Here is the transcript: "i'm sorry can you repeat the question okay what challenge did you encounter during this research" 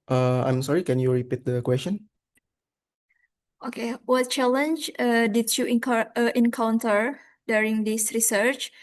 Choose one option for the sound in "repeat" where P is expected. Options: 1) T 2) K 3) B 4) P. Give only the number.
4